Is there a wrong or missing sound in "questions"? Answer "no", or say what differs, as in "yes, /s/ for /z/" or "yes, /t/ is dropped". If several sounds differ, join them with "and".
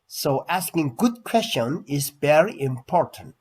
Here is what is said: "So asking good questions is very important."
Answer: yes, /z/ is dropped